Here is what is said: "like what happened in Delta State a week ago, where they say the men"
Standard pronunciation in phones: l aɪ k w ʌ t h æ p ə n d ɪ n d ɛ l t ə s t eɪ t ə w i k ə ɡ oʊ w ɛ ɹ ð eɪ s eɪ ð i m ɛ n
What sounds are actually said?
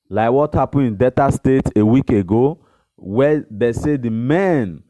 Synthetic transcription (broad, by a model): l aɪ k w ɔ t h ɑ p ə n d ɪ n d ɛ t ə s t eɪ t ə w i k ə ɡ oʊ w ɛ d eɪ s eɪ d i m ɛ n